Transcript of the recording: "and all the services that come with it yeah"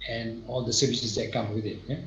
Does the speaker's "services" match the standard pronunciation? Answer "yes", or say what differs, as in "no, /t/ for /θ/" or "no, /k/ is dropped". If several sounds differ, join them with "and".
yes